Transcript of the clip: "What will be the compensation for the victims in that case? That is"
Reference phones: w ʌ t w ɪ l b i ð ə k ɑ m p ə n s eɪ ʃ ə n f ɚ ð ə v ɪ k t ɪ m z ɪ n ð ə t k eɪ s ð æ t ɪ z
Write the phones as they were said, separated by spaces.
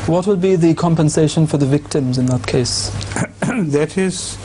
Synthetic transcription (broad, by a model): w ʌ t w ɪ l b i ð ə k ɑ m p ə n s eɪ ʃ ə n f ɚ ð ə v ɪ k t ɪ m z ɪ n ð ə t k eɪ s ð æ t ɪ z